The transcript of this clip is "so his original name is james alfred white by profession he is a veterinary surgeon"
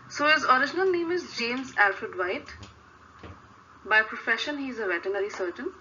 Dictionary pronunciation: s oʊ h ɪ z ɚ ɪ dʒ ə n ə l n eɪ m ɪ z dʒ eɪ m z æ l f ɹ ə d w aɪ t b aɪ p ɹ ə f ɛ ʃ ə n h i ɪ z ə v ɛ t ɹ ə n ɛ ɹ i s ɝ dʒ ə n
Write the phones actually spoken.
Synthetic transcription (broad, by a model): s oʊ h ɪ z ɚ ɪ dʒ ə n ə l n eɪ m ɪ z dʒ eɪ m z æ l f ɹ ə d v aɪ t b aɪ p ɹ ə f ɛ ʃ ə n h i ɪ z ə v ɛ t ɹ n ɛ ɹ i s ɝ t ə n